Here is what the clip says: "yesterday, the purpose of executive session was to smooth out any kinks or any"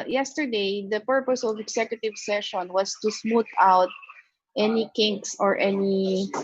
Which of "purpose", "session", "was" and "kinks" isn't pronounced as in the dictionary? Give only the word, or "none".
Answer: was